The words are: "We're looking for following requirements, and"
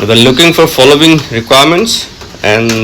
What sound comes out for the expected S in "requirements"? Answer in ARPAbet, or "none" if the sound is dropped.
S